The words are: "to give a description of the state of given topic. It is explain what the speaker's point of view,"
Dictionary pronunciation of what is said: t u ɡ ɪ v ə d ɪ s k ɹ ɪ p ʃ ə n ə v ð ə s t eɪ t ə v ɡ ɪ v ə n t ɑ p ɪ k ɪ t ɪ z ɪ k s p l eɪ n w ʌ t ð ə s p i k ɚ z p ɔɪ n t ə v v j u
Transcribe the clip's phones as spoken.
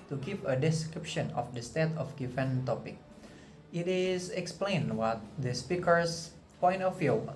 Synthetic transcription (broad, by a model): t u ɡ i p ə d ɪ s k ɹ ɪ p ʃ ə n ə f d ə s t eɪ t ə f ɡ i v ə n t ɑ p ɪ k ɪ t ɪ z ɪ k s p l eɪ n w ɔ t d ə s p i k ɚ s p ɔɪ n t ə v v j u